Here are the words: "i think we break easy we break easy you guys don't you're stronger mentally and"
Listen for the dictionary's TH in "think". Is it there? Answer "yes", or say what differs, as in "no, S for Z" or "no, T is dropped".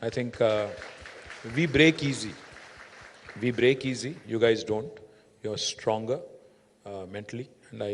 no, T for TH